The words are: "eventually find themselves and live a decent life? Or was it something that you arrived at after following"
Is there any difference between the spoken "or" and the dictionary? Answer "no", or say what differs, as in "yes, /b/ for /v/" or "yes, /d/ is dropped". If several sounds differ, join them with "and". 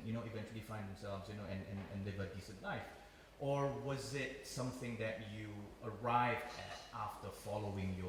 no